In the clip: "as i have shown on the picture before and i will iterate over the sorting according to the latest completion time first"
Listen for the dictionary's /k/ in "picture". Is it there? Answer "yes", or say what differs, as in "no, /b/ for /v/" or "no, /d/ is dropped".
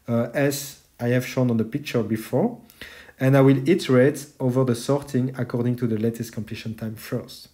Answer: yes